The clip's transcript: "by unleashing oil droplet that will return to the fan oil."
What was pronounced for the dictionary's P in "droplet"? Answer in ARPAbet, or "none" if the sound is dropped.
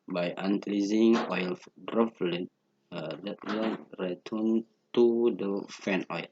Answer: F